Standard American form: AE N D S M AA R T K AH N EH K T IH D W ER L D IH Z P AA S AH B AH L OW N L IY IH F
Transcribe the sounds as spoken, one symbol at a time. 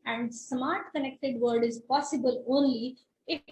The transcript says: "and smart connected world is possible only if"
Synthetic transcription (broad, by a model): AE N D S M AA R T K AH N EH K T IH D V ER D IH Z P AA S AH B AH L OW N L IY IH